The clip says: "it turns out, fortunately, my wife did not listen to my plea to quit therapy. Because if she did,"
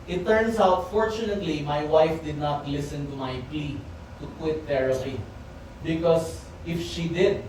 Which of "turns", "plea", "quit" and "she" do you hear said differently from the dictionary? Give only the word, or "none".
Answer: turns